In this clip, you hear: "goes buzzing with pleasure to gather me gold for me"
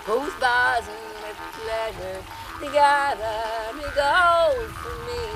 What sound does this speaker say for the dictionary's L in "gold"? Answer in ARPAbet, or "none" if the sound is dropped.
none